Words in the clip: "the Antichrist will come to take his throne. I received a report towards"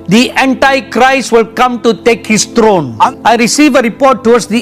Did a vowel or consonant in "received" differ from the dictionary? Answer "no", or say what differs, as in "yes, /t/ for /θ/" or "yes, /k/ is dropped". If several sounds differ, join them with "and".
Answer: yes, /d/ is dropped